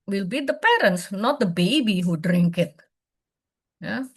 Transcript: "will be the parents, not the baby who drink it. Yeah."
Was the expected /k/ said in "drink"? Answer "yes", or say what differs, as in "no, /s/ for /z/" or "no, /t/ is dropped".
yes